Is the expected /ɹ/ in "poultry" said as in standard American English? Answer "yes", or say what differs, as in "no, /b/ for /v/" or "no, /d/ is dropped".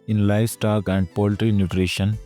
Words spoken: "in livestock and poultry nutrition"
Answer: yes